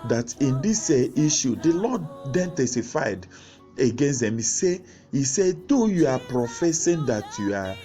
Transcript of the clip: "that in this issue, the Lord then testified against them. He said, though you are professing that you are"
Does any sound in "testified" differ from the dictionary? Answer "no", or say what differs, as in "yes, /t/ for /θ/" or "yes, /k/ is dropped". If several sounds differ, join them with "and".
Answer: no